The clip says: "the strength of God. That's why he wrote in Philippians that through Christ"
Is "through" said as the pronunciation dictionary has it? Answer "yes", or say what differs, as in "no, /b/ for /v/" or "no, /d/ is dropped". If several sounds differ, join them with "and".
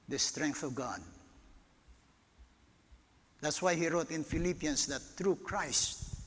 no, /t/ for /θ/